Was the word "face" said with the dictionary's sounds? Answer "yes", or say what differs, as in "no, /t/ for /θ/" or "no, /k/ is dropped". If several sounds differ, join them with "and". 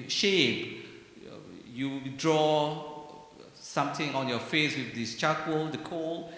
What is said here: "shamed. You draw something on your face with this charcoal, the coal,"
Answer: yes